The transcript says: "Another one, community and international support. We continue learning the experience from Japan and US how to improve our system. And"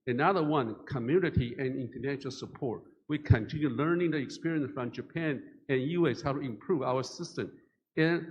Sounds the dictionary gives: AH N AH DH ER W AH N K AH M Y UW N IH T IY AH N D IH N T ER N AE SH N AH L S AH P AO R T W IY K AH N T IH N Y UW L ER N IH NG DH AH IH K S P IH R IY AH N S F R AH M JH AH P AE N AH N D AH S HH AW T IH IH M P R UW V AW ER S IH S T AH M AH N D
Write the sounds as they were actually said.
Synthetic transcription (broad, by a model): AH N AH DH ER W AH N K AH M Y UW N IH T IY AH N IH N T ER N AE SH L S AH P AO R T W IY K AH N T IH N Y UW L ER N IH NG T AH IH K S P IH R IY AH N S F R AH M JH AH P AE N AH N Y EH S HH AW T IH IH M P R UW V AW ER S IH S T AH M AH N